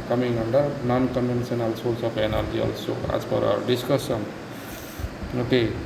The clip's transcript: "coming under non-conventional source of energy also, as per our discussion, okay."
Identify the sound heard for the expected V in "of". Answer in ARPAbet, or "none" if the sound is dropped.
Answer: P